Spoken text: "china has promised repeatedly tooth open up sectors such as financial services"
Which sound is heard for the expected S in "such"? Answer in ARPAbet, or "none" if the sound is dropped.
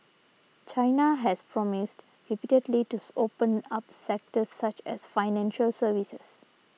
S